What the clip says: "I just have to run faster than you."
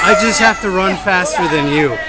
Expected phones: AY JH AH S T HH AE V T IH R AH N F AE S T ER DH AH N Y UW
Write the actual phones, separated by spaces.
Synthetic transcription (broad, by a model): AY JH AH S T HH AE F T IH R AH N F AE S T ER DH AH N Y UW